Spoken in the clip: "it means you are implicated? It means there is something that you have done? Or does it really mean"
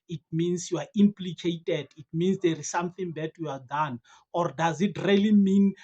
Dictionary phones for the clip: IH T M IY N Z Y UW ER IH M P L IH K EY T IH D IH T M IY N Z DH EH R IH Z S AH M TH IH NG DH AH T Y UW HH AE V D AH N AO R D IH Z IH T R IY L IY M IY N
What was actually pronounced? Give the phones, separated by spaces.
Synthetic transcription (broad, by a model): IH T M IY N S Y UW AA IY M P L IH K EY T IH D IH T M IY N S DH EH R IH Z S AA M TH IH NG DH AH T Y UW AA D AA N AO R D IH Z IH T R IY L IY M IY N